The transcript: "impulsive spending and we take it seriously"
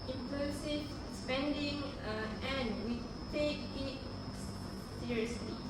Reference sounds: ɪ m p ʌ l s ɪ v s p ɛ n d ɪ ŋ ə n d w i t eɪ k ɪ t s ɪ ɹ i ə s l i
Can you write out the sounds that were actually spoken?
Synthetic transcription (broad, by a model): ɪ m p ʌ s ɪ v s p ɛ n d ɪ ŋ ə n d w i t eɪ k ɪ t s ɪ ɹ i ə s l i